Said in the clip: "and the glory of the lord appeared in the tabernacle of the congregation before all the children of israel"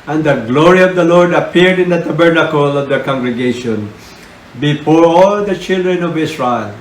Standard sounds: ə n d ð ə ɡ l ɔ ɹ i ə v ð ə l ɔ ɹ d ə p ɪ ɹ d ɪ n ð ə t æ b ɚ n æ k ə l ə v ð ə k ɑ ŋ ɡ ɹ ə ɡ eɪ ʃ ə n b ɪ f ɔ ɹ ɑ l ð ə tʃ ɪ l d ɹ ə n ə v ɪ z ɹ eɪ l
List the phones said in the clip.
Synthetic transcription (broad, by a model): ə n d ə ɡ l ɔ ɹ i ə v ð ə l ɔ ɹ d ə p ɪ ɹ d ɪ n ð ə t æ b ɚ n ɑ k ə l ə v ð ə k ɑ ŋ ɡ ɹ ə ɡ eɪ ʃ ə n b ɪ f ɔ ɹ ɑ l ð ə tʃ ɪ l d ɹ ə n ə v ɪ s ɹ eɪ l